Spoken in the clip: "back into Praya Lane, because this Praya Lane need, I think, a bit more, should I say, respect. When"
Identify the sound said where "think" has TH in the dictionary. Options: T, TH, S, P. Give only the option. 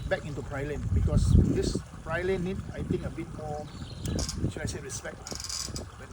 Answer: T